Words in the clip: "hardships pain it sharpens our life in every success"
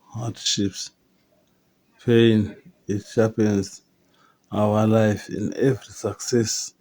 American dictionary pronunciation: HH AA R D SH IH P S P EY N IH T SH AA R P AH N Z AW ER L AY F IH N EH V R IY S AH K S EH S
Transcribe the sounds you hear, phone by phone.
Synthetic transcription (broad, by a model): HH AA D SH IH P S P EY N IH T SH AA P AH N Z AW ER L AY F IH N EH V R IY S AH K S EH S